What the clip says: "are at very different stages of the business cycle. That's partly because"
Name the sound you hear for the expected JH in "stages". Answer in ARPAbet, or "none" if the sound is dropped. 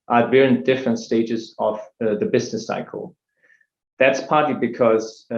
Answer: JH